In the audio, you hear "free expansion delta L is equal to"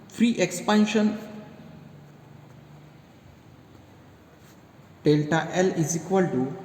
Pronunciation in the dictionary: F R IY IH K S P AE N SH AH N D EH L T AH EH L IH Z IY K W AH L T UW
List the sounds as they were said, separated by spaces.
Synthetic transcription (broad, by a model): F R IY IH K S P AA N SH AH N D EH L T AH EH L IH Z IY K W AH L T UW